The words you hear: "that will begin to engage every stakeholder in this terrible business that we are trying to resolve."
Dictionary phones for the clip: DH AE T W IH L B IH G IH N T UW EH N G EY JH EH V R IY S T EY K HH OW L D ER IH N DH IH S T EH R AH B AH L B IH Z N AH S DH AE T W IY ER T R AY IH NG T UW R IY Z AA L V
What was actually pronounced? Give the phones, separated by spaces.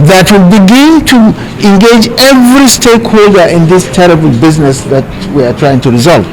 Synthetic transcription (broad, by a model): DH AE T W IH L B IH G IH N T UW EH N G EY JH EH V R IY S T EY K HH OW L D ER IH N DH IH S T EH R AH B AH L B IH Z N AH S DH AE T W IY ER T R AY IH NG T UW R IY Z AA L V